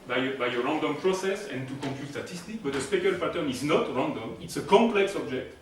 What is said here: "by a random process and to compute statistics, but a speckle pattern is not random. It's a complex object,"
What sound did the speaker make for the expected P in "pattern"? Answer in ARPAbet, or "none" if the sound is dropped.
F